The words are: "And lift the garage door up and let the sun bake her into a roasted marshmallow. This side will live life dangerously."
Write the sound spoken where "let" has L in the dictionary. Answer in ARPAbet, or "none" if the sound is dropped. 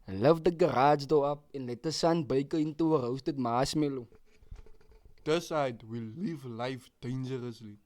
L